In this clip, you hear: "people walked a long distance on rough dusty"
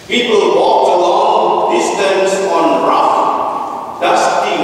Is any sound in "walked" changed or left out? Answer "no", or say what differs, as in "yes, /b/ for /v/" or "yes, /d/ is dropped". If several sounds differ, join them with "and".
yes, /t/ is dropped